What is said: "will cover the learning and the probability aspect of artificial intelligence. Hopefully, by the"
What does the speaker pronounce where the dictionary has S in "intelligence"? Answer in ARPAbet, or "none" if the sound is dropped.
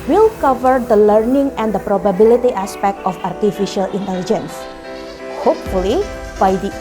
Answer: S